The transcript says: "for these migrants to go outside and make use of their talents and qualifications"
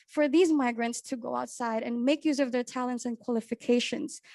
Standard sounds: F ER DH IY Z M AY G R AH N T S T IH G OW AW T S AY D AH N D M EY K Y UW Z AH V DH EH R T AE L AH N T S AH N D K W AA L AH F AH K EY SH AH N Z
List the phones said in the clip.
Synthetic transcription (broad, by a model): F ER DH IY Z M AY G R AH N T S T IH G OW AW T S AY D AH N M EY K Y UW Z AH V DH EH R T AE L AH N T S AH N K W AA L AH F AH K EY SH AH N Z